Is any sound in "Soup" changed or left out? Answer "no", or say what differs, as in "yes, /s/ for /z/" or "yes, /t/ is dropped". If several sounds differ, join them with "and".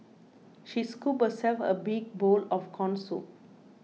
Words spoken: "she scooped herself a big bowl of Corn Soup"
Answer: yes, /p/ is dropped